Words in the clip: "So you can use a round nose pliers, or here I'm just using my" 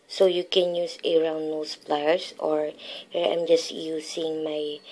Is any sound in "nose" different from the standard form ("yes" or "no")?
yes